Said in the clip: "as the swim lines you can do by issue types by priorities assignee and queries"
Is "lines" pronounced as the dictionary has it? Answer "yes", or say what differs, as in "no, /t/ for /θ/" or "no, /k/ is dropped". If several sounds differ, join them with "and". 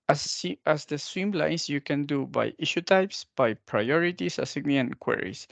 no, /s/ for /z/